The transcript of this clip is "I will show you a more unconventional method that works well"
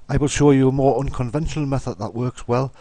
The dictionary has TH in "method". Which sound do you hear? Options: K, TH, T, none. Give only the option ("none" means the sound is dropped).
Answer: TH